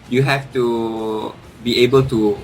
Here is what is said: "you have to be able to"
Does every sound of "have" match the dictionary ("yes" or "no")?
no